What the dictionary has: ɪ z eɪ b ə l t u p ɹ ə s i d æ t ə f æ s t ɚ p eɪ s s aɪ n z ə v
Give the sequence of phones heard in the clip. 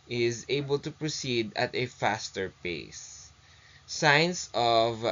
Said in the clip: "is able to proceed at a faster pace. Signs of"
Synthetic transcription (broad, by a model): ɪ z eɪ b ə l t u p ɹ ə s i d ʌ t ə f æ s t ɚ p eɪ s s aɪ n s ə v